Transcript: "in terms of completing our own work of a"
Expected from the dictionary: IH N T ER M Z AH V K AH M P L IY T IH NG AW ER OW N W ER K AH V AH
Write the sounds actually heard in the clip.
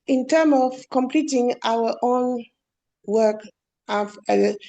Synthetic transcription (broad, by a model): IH N T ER M AH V K AH M P L IY T IH NG AW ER OW N W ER K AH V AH